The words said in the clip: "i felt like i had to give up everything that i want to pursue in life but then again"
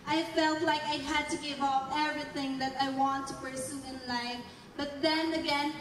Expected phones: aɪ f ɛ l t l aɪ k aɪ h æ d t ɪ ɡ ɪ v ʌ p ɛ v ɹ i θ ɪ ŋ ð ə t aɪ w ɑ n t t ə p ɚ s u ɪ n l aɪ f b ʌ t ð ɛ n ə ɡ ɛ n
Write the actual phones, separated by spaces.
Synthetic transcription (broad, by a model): aɪ f ɛ l t l aɪ k aɪ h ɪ d t ɪ ɡ ɪ v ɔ f ɛ v ɹ i θ ɪ ŋ ð ə t aɪ w ɑ n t t ə p ɚ s u ɪ n l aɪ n b ʌ t ð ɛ n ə ɡ ɛ n